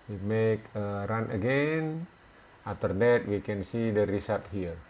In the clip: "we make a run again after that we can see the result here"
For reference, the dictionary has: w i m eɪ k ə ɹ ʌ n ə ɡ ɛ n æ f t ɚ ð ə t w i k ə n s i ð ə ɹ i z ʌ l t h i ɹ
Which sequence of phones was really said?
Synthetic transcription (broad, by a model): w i m eɪ k ə ɹ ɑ n ə ɡ ɛ n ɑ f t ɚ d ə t w i k ə n s i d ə ɹ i s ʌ t h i ɹ